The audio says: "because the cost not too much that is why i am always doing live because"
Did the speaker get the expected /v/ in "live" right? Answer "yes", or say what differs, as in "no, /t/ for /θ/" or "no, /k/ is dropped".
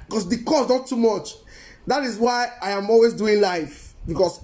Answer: no, /f/ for /v/